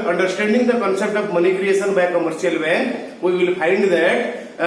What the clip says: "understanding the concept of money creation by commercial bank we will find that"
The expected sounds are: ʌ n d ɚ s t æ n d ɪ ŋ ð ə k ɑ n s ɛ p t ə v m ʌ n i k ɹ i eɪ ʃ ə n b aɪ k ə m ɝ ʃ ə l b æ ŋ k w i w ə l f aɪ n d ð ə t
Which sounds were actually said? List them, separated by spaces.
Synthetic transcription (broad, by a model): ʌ n d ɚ s t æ n d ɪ ŋ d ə k ɑ n s ɛ p t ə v m ʌ n i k ɹ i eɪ s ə n b aɪ k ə m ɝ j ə l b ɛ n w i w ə l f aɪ n d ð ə t